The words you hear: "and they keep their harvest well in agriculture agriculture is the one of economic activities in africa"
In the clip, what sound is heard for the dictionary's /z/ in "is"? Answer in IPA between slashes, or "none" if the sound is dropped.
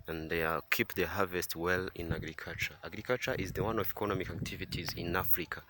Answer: /z/